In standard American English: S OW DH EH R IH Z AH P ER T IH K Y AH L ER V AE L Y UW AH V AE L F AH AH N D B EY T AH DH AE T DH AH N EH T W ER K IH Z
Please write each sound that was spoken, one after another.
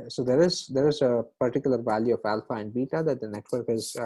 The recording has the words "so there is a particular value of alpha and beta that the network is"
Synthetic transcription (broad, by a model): S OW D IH R IH Z AH P ER T IH K Y AH L ER V AE L Y UW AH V AE L F AH AH N D B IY T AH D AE T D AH N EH T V ER K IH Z